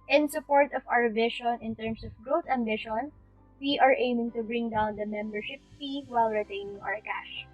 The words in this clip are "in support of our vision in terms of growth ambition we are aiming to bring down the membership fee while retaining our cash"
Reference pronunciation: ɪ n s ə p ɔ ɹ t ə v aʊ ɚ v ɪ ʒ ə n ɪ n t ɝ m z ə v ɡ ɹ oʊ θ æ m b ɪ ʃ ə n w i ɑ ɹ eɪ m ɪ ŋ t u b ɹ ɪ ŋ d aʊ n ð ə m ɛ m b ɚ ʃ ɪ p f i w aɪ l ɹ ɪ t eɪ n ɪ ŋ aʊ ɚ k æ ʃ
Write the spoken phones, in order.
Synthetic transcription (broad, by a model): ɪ n s ə p ɔ ɹ t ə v aʊ ɚ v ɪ ʃ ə n ɪ n t ɝ m s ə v ɡ ɹ oʊ t æ m b ɪ ʃ ə n w i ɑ ɹ eɪ m ɪ ŋ t u b ɹ ɪ ŋ d aʊ n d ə m ɛ m b ɚ ʃ ɪ p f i w aɪ l ɹ ɪ t eɪ n ɪ ŋ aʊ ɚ k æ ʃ